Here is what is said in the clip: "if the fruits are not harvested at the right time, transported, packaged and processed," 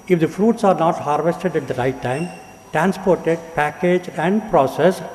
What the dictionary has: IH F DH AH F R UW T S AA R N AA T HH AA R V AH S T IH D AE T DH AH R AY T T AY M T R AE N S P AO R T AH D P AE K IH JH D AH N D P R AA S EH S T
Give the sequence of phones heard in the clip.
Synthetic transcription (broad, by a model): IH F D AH F R UW T S AA R N AA T HH AA R V AH S T IH D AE T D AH R AY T T AY M T R AE N S P AO R T AH D P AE K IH JH AH N D P R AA S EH S